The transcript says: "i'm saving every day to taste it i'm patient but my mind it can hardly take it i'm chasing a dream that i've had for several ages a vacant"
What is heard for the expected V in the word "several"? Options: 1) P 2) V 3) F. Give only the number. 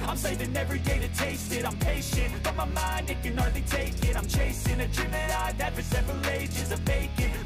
2